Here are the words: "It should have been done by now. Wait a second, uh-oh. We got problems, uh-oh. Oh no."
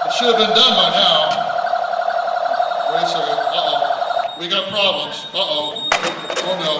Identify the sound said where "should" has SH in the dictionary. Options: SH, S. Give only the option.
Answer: SH